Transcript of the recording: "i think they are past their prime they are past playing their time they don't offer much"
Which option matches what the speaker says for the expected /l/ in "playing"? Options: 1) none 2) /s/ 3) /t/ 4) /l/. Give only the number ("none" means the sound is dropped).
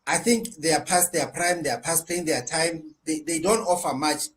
1